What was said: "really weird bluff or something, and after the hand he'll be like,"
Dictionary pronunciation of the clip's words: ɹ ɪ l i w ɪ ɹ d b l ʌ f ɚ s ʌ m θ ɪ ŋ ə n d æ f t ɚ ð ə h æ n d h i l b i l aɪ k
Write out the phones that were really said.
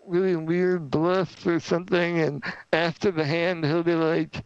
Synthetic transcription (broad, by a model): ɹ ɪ l i w ɪ ɹ d b l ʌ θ ɚ s ʌ m θ ɪ ŋ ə n æ f t ɚ ð ə h æ n d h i l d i l aɪ k